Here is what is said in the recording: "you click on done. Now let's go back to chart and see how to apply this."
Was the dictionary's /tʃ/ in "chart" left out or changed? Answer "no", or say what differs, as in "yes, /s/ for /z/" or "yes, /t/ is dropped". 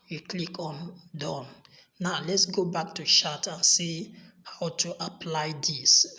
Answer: yes, /ʃ/ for /tʃ/